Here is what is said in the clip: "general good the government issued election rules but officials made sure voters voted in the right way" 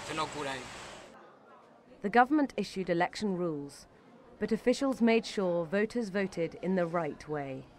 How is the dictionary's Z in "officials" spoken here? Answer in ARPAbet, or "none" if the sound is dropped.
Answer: Z